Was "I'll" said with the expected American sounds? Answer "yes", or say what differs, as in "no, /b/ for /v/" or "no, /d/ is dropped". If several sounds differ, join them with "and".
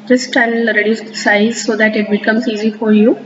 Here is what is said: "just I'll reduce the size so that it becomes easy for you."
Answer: no, /n/ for /l/